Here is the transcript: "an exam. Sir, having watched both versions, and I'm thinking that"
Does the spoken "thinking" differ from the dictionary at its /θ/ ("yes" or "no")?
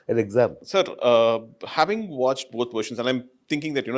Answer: yes